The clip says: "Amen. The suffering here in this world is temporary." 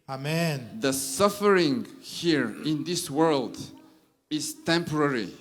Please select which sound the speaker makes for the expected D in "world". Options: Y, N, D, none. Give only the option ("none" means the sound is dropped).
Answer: D